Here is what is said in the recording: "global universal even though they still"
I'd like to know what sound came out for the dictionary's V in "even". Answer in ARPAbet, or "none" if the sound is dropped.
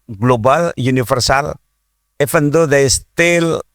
F